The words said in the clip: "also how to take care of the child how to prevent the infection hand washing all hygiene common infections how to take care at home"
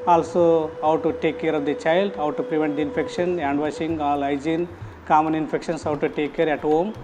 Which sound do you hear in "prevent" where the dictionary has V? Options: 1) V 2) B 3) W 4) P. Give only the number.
1